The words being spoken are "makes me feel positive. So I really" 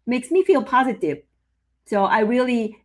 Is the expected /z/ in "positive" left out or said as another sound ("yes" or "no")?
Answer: no